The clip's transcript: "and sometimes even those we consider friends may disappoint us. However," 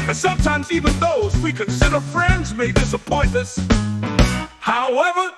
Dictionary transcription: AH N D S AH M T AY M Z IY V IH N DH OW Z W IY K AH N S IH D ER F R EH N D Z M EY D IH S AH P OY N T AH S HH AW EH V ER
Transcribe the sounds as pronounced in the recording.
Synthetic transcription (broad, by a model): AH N S AH M T AY M Z IY V IH N DH OW Z W IY K AH N S IH D ER F R EH N D Z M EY D IH S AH P OY N AH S HH AW EH V ER